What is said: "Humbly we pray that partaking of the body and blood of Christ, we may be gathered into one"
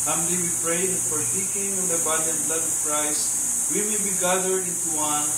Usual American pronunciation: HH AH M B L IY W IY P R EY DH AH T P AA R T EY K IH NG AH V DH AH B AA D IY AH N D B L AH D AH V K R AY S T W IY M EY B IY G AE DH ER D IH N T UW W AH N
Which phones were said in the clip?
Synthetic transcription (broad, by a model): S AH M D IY W IY P R EY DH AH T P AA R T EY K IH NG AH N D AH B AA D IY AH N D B L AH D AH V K R AY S W IY M EY B IY G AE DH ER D IH N T UW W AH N